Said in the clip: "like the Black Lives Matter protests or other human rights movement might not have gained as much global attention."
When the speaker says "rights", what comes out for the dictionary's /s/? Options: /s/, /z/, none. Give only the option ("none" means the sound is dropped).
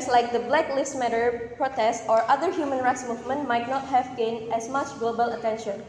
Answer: /s/